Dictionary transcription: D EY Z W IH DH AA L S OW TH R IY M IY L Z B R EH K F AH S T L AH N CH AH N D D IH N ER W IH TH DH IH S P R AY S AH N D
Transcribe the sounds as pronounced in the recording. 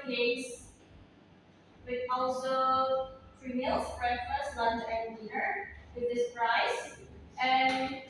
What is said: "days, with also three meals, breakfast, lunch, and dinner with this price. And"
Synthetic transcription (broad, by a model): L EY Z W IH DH AA L S OW F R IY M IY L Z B R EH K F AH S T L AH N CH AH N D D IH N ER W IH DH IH S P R AY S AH N